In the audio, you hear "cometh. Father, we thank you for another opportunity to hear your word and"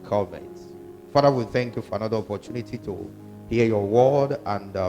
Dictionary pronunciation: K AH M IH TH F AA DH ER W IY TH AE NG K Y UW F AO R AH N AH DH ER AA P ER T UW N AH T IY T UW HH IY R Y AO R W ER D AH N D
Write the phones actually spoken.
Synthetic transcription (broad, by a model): K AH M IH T F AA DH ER W IY TH AE NG K Y UW F AO R AH N AH DH ER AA P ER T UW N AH T IY T UW HH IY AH Y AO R W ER D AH N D